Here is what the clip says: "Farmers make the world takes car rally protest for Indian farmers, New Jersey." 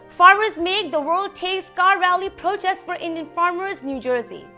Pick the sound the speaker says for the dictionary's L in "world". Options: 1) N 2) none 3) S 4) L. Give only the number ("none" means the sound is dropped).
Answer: 4